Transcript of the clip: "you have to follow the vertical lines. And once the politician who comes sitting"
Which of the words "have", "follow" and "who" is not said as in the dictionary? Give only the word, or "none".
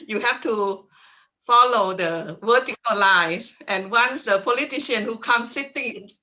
have